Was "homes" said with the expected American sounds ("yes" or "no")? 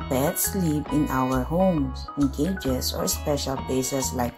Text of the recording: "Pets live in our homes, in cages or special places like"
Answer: no